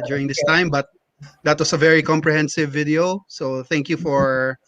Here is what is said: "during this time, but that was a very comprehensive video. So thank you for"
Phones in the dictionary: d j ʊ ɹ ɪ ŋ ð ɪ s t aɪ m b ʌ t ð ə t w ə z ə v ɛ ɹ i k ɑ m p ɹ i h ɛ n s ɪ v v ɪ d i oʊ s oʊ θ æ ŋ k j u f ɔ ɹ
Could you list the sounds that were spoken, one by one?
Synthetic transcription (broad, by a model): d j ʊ ɹ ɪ ŋ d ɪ s t aɪ m b ʌ t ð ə t w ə s ə v ɛ ɹ i k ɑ m p ɹ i h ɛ n s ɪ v v ɪ d i oʊ s oʊ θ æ ŋ k j u f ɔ ɹ